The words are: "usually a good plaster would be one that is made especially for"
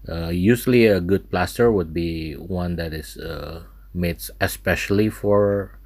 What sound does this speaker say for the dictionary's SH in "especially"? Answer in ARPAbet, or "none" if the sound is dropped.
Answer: SH